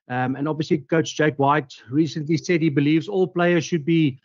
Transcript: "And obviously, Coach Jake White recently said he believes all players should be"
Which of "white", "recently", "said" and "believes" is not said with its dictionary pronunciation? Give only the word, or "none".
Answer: none